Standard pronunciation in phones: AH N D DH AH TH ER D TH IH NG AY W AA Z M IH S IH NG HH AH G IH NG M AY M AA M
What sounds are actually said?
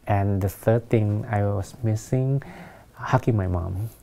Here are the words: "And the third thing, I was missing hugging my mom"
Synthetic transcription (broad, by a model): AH N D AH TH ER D T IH NG AY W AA S M IH S IH NG HH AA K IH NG M AY M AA M